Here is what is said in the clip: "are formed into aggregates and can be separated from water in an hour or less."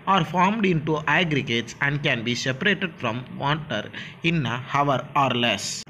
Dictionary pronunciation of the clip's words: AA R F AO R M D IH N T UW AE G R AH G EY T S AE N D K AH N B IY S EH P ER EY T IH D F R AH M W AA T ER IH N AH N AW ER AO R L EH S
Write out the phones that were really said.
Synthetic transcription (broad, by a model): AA R F AO R M D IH N T UW AE G R AH G EY T S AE N D K AH N B IY S EH P ER EY T IH D F R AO M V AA T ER IH N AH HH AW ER AO R L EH S